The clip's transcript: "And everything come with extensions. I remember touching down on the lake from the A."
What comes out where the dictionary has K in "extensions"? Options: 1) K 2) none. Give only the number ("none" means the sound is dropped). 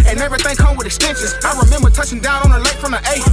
2